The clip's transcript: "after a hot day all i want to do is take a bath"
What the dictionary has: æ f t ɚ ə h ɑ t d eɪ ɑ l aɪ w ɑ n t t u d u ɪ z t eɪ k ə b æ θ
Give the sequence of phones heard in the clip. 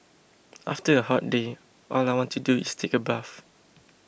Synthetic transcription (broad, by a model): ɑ f t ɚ ə h ɑ t d eɪ ɑ l aɪ w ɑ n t t u d u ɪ s t eɪ k ə b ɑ f